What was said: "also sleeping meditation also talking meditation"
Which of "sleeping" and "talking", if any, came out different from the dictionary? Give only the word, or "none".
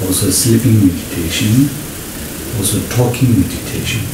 sleeping